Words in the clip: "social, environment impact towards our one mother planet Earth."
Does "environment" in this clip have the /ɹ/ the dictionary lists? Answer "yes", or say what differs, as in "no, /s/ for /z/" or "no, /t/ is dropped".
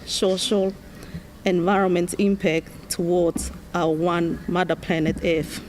yes